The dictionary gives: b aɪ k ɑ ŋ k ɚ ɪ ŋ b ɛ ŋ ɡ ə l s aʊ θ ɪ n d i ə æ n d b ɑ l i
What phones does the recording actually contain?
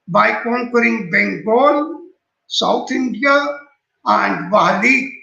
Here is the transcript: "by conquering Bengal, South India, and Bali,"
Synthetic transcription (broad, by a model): b aɪ k ɑ ŋ k ɚ ɪ ŋ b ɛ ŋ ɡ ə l s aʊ t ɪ n d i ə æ n d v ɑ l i